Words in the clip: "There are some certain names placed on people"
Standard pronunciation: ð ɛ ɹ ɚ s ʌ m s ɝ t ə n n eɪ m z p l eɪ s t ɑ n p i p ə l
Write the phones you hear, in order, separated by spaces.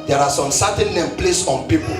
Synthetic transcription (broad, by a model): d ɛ ɹ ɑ s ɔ m s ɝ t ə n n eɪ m p l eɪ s ɑ n p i p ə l